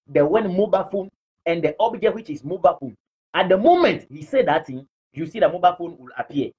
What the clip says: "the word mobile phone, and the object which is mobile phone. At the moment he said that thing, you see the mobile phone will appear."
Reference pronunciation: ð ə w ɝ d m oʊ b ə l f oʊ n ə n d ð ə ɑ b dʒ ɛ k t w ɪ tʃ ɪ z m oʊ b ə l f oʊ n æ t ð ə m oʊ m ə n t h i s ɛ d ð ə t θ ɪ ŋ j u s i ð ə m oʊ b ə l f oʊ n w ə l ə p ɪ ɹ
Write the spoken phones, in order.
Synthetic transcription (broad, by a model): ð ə w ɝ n m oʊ b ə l f oʊ n ə n d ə ɑ b dʒ ɛ k t w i tʃ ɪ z m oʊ b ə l f oʊ n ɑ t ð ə m oʊ m ə n t h i s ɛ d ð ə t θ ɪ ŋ j u s i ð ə m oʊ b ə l f oʊ n w ə l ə p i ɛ